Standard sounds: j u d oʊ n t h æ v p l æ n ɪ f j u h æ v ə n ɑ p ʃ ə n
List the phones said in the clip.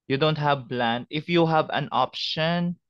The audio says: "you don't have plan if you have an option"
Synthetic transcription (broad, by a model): j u d oʊ n t h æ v b l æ n ɪ f j u h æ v ə n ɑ p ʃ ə n